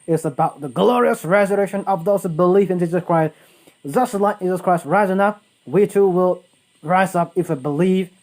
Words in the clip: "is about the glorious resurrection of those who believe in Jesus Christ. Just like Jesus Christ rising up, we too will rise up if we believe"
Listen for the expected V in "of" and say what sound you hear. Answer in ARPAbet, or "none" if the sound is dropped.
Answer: V